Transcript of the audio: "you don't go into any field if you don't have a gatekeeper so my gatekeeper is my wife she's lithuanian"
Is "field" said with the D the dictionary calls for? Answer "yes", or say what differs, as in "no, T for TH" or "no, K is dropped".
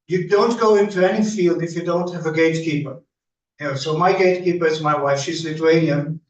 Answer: yes